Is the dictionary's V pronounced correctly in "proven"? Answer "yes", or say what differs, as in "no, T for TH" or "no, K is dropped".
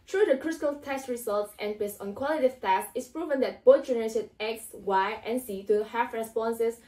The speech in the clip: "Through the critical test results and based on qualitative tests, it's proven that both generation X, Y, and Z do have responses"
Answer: yes